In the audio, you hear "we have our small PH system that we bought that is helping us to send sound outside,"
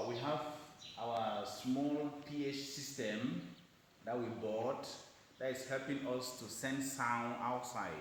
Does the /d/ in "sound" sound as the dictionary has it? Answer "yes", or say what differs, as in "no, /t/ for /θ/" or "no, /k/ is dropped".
no, /d/ is dropped